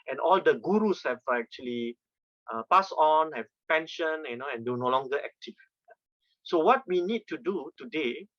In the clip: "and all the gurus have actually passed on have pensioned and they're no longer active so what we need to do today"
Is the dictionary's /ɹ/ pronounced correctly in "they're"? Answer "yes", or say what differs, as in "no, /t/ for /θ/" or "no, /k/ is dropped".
no, /w/ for /ɹ/